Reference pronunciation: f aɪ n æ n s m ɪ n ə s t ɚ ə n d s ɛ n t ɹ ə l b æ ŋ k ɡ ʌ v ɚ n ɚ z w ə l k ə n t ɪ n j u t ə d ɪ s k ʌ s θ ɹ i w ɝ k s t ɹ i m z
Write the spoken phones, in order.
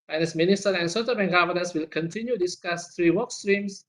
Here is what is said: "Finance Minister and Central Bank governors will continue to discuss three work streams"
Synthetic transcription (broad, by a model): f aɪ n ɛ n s m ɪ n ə s t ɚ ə n s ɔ t ə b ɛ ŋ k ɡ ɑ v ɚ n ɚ s w ə l k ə n t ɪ n j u d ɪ s k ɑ s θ ɹ i w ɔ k s t ɹ i m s